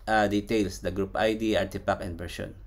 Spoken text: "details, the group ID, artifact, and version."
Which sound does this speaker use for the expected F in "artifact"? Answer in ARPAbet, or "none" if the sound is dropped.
P